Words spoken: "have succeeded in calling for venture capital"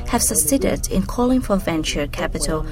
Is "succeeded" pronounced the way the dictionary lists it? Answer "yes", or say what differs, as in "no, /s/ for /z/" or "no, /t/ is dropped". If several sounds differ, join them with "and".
no, /k/ is dropped